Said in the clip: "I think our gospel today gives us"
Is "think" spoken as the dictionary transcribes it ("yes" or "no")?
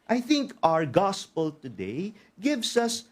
yes